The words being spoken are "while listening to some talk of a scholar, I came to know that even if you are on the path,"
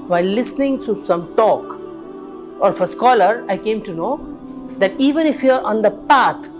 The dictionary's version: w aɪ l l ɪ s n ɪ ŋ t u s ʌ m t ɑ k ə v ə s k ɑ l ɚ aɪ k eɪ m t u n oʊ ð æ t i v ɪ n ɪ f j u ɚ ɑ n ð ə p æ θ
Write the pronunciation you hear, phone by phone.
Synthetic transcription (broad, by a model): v aɪ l l ɪ s n ɪ ŋ t u s ʌ m t ɑ k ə f ə s k ɑ l ɚ aɪ k eɪ m t u n oʊ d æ t i v ɪ n ɪ f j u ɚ ɑ n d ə p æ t